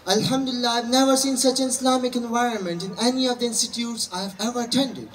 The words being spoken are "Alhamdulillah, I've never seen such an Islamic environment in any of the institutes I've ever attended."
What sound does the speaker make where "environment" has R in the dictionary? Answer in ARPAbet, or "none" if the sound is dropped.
R